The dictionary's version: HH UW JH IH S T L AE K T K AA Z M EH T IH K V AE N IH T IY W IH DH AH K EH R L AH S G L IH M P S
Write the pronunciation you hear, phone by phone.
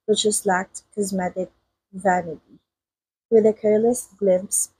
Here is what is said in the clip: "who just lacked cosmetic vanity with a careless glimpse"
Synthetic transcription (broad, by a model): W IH CH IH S L AE K T K AA Z M EH T IH K V AE N IH T IY W IH DH AH K EH R L AH S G L IH M P S